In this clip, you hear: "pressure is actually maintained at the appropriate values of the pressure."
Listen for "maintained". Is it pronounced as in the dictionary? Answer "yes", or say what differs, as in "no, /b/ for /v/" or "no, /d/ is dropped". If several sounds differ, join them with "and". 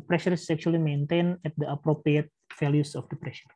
no, /d/ is dropped